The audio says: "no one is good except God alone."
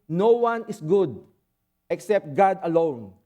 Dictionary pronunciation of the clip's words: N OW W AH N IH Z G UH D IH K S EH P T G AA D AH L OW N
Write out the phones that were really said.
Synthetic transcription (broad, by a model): N OW W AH N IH S G UH D IH K S EH P T G AA D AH L OW N